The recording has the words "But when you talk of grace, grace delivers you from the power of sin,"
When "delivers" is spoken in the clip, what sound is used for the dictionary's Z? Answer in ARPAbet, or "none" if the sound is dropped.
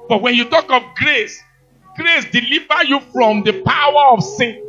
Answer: none